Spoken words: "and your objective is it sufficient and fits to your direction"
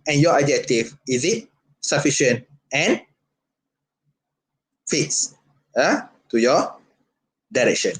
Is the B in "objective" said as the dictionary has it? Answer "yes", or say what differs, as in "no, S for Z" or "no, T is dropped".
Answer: no, B is dropped